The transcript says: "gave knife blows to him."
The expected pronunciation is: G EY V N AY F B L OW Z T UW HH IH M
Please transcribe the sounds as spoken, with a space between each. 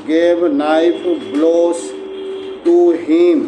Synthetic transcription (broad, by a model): G EY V N AY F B L OW S T UW HH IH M